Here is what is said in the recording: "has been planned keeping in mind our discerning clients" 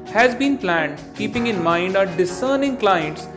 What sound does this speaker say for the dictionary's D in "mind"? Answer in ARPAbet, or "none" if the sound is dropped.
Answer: D